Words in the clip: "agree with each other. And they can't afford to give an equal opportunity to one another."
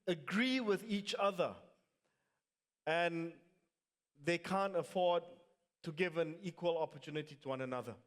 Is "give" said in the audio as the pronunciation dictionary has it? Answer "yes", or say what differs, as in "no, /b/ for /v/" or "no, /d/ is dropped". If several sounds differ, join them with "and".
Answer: yes